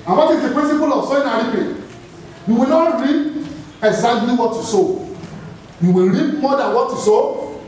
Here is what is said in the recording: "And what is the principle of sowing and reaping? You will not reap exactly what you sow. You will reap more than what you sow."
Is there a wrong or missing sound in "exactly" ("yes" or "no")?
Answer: yes